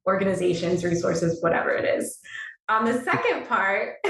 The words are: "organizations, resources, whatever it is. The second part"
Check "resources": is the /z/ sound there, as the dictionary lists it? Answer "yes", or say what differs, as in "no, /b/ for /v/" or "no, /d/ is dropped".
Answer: yes